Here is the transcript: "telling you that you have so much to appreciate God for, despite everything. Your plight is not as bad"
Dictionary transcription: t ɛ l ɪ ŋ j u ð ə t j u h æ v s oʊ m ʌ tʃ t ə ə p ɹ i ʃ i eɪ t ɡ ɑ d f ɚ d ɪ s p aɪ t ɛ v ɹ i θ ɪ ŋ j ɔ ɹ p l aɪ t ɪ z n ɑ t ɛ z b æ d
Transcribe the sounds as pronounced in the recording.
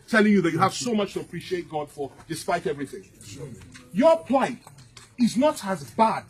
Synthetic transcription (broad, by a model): t ɛ l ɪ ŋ j u ð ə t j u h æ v s oʊ m ʌ tʃ t ə ə p ɹ i ʃ i eɪ t ɡ ɑ d f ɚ d ɪ s p aɪ t ɛ v ɹ i θ ɪ ŋ j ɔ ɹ p l aɪ t ɪ z n ɑ t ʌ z b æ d